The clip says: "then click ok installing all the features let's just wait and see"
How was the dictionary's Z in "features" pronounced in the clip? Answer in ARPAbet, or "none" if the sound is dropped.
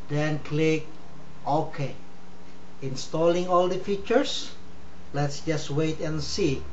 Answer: S